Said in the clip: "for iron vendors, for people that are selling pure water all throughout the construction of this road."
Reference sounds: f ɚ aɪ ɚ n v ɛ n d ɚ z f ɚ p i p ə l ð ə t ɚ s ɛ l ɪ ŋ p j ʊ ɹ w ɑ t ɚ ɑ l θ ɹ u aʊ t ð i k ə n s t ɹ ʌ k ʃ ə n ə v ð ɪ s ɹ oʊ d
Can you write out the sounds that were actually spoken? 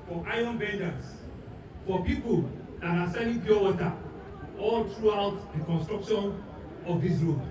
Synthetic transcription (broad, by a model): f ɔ aɪ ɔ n b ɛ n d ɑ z f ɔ p i p ə l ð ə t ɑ s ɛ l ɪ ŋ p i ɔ w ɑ t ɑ ɑ l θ ɹ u aʊ t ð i k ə n s t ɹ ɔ k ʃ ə n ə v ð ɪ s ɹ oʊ